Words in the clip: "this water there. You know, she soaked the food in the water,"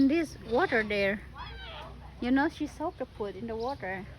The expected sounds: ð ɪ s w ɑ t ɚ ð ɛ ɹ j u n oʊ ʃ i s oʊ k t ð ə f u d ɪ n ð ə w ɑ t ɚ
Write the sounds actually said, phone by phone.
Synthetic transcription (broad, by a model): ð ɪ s w ɑ t ɚ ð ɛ ɹ j u n oʊ ʃ i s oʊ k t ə p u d ɪ n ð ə w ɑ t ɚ